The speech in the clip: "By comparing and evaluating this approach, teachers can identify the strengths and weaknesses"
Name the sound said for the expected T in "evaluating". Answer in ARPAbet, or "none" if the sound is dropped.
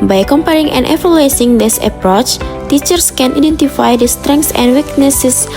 S